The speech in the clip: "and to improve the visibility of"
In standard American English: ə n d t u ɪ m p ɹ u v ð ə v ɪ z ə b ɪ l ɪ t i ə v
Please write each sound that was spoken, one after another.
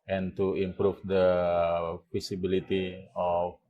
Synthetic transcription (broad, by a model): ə n t u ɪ m p ɹ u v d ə p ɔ s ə b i l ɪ t i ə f